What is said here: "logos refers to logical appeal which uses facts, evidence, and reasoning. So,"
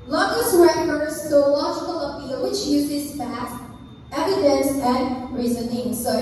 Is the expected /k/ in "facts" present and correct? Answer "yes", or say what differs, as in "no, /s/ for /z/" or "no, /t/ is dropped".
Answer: no, /k/ is dropped